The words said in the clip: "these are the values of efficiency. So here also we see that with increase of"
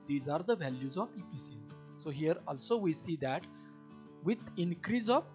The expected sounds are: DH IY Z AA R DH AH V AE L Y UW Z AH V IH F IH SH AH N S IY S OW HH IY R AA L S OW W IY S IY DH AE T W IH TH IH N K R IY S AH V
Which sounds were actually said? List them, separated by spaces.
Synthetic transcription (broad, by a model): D IY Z AA R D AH V AE L Y UW Z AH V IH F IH S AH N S S OW HH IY R AA L S OW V IY S IY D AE T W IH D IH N K R IY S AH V